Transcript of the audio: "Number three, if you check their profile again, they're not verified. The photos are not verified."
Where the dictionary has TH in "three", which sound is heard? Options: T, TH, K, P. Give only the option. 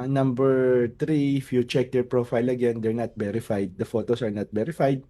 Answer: T